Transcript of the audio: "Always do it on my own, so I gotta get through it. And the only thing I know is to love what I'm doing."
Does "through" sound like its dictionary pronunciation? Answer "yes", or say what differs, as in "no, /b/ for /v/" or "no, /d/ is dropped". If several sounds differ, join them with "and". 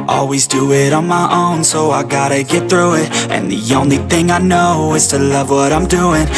yes